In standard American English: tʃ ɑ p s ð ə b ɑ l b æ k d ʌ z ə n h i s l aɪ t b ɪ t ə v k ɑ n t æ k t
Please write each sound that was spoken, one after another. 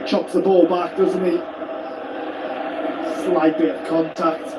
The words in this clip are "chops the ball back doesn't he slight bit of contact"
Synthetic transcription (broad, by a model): tʃ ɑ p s ð ə b ɑ l b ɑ k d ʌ z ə n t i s l aɪ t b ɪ ə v k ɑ n t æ k t